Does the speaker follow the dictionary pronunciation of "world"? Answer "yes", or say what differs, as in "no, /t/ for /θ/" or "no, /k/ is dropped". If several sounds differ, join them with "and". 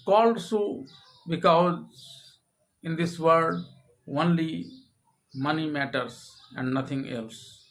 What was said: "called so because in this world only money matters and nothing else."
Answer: no, /l/ is dropped